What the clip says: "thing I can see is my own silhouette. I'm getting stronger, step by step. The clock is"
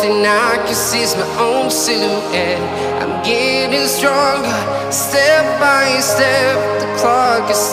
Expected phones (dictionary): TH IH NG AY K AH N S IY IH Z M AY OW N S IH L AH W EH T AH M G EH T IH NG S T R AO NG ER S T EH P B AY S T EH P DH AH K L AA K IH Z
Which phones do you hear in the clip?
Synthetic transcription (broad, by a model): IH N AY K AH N S IY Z M AY OW N S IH AH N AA AH M G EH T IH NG S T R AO NG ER S T EH P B AY S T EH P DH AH K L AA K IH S